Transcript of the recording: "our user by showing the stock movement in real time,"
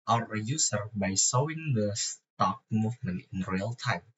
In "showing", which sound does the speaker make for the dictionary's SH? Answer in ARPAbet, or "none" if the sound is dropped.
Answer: S